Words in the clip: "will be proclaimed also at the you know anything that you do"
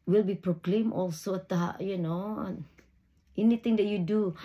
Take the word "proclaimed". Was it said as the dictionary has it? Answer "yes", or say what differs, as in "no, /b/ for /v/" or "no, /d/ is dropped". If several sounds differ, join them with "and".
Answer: no, /d/ is dropped